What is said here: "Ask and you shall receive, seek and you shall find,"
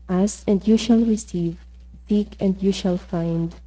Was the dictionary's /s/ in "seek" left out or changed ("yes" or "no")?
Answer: yes